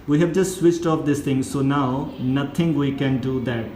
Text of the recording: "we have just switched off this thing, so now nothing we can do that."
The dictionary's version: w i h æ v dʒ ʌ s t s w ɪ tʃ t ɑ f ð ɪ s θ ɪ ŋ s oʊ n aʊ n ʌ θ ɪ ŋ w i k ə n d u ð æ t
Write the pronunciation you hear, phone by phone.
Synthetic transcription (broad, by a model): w i h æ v dʒ ʌ s t s w ɪ tʃ t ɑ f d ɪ s t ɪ ŋ s oʊ n aʊ n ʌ t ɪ ŋ w i k ə n d u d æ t